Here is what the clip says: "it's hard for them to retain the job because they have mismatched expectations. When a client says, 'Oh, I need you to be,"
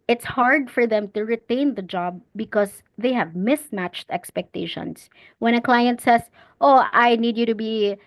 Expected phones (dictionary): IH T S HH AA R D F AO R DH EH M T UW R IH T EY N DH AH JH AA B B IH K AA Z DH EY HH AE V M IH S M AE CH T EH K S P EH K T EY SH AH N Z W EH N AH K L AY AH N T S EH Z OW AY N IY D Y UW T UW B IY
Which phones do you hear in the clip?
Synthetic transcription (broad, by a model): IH T S HH AA R D F AO R DH EH M T UW R IH T EY N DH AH JH AA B B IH K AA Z DH EY HH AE V M IH S M AE CH T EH K S P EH K T EY SH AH N S W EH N AH K L AY AH N T S EH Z OW AY N IY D Y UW T UW B IY